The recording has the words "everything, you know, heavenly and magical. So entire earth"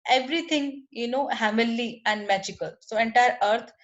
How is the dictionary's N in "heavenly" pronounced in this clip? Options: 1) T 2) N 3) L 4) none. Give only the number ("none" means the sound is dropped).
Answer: 4